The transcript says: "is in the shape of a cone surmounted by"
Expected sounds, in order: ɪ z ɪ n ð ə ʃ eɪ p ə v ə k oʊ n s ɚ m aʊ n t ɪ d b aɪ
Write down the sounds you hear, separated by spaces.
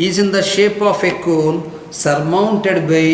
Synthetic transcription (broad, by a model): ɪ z ɪ n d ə ʃ eɪ p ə f ə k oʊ l s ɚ m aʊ n t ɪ d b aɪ